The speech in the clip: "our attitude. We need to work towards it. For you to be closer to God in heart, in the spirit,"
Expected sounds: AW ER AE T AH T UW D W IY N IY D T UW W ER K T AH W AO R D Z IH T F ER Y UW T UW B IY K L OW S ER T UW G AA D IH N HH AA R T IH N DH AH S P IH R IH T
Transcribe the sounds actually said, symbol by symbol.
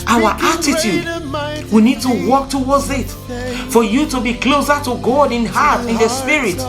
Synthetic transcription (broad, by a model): AW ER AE T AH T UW D W IY N IY D T UW W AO K T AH W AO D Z IH T F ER Y UW T UW B IY K L OW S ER T UW G AA D IH N HH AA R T IH N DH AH S P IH R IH T